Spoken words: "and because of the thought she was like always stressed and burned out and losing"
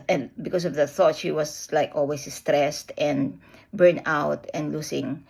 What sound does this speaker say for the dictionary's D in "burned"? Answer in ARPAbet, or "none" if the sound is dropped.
none